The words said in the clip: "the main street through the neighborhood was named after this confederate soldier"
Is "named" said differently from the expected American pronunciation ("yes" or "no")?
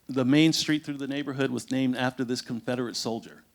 no